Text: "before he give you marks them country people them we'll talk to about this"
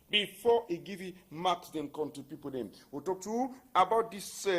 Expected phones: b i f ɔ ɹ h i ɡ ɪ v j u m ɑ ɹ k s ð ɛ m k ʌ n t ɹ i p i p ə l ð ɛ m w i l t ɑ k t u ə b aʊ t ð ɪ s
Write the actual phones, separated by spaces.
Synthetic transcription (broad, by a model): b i f ɔ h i ɡ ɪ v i m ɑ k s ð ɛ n k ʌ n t i p i p ə l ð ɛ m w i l t ɑ k t u ə b aʊ t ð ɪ s